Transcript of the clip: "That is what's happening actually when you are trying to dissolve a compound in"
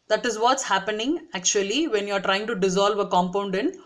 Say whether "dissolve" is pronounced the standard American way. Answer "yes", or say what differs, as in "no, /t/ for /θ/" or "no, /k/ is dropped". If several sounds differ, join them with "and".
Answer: yes